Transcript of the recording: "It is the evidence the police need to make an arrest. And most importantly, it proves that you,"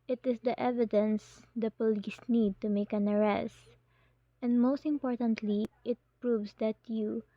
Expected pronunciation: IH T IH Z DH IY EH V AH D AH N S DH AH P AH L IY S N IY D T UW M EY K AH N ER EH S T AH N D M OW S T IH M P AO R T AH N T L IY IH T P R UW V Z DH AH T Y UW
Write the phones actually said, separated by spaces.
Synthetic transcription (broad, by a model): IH T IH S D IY EH V AH D AH N S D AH P AH L IY S N IY D T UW M EY K AH N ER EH S T AH N D M OW S T IH M P AO R T AH N T L IY IH T P R UW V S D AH T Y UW